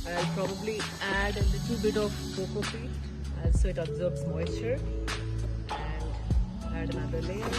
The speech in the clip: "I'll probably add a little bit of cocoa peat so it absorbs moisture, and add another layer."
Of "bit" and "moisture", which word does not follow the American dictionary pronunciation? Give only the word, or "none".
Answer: moisture